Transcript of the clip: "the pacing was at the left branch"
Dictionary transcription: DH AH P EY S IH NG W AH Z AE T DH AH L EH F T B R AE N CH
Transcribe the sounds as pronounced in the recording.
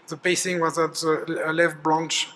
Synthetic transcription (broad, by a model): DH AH B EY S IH NG W AH Z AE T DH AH L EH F B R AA N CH